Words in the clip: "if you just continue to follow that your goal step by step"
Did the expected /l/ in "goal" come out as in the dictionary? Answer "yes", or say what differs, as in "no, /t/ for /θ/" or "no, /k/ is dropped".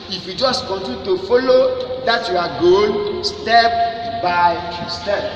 no, /n/ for /l/